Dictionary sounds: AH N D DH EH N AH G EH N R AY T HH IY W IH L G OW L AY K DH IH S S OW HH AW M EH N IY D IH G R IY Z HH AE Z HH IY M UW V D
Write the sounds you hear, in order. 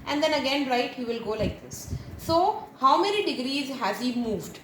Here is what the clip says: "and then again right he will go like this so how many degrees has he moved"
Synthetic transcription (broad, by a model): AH N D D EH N AH G EH N R AY T HH IY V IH L G OW L AY K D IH S S OW HH AW M EH N IY D IH G R IY Z HH AE Z HH IY M UW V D